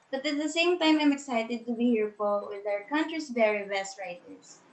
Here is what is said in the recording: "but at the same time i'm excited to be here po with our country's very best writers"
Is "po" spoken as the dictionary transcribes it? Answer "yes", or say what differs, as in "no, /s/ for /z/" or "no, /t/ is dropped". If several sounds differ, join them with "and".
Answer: no, /f/ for /p/